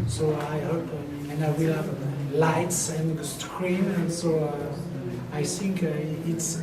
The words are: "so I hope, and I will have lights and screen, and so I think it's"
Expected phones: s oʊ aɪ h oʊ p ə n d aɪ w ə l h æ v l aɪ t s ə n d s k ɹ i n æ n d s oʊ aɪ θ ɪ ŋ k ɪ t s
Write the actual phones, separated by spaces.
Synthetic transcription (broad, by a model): s oʊ aɪ h oʊ p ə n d aɪ w ə l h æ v l aɪ t s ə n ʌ s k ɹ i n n s oʊ aɪ θ ɪ ŋ k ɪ t s